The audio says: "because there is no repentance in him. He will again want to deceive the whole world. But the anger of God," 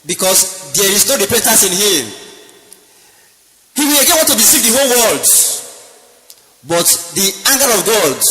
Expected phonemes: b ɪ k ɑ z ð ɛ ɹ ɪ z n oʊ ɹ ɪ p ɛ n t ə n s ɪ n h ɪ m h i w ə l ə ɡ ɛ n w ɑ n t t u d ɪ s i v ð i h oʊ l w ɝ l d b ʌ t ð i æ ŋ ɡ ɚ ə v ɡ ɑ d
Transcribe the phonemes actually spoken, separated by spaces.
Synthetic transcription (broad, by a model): b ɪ k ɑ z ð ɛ ɹ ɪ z n oʊ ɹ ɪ p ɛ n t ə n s ɪ n h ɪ m h i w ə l ə ɡ ɛ n w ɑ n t t u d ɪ s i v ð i h oʊ l w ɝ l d b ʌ t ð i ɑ ŋ ɡ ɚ ə v ɡ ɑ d